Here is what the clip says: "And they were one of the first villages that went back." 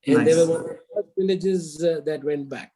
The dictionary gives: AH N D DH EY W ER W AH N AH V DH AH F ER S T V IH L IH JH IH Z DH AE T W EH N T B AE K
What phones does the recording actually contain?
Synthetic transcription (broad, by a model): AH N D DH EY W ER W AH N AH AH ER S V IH L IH JH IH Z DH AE T W EH N T B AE K